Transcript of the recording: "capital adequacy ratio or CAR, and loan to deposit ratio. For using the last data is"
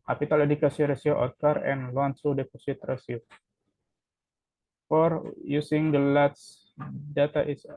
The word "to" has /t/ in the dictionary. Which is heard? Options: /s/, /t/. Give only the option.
/s/